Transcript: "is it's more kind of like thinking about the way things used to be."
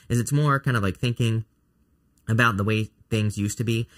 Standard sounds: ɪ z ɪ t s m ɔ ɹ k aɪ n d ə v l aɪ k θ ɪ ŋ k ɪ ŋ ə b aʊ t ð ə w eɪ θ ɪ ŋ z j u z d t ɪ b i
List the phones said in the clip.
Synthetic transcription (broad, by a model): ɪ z ɪ t s m ɔ ɹ k aɪ n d ə v l aɪ k θ ɪ ŋ k ɪ ŋ ə b aʊ t ð ə w eɪ θ ɪ ŋ z j u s t ɪ b i